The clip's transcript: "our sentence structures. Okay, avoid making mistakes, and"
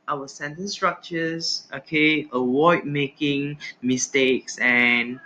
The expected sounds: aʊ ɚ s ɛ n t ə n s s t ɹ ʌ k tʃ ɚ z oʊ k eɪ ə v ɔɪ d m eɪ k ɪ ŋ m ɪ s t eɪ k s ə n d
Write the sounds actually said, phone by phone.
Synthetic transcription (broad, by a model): aʊ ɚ s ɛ n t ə n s s t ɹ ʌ k tʃ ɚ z oʊ k eɪ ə w ɔɪ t m eɪ k ɪ ŋ m ɪ s t eɪ k s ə n